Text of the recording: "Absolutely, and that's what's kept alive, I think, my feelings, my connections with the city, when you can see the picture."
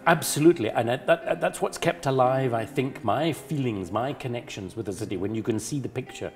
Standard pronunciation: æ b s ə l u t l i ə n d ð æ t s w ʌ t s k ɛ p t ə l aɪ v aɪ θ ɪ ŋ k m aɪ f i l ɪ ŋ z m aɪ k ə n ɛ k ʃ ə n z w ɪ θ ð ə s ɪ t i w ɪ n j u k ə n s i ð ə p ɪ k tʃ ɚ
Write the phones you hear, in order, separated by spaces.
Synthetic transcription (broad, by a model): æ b s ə l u t l i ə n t ð æ t s w ʌ t s k ɛ p t ə l aɪ v aɪ θ ɪ ŋ k m aɪ f i l ɪ ŋ z m aɪ k ə n ɛ k ʃ ə n z w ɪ ð ə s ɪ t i w ɪ n j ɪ k ə n s i ð ə p ɪ k tʃ ɚ